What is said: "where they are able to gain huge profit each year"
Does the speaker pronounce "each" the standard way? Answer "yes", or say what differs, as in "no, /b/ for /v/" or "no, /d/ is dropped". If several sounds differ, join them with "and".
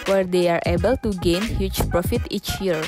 yes